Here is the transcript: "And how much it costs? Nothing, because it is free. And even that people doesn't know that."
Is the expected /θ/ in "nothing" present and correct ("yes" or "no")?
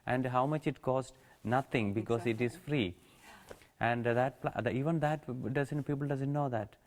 no